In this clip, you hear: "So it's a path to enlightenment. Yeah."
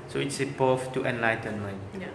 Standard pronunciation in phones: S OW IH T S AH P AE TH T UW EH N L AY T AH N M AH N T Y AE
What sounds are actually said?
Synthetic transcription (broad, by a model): S OW IH T S AH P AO F T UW EH N L AY T AH N M AH N T